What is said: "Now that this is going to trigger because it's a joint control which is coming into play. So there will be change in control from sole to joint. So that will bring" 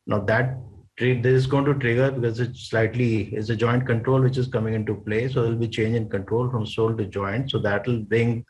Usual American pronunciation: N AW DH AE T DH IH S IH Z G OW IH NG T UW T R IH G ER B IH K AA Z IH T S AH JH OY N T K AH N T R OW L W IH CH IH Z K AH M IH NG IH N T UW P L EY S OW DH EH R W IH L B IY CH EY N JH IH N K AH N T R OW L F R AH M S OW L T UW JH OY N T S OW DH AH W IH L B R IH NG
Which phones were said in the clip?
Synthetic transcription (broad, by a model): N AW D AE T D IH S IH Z G OW IH NG T UW T R IH G ER B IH K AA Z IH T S AH JH OY N T K AH N T R OW L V IH CH IH Z K AH M IH NG IH N T UW P L EY S OW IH L B IY CH EY N JH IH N K AH N T R OW L F R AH M S OW L T UW JH OY N T S OW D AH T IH L B R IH NG